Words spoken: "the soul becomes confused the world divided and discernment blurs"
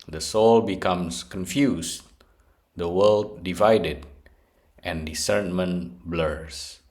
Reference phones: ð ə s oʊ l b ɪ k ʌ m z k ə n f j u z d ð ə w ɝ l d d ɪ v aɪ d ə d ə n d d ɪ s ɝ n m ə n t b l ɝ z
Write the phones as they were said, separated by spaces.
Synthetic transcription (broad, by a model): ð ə s oʊ l b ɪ k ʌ m s k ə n f j u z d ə w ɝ l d d ɪ v aɪ d ə d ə n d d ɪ s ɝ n m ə n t b l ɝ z